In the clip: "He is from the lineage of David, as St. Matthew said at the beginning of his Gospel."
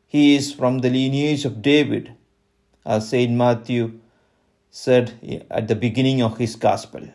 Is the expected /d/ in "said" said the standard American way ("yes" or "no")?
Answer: yes